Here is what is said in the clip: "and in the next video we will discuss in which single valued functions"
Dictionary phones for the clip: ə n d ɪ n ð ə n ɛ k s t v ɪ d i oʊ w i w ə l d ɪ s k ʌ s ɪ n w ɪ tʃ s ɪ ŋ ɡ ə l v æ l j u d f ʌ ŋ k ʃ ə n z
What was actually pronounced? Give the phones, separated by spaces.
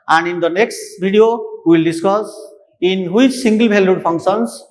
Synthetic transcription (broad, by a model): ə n d ɪ n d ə n ɛ k s t b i d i oʊ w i w ə l d ɪ s k ʌ s ɪ n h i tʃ s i ŋ ɡ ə l b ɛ l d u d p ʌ ŋ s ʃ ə n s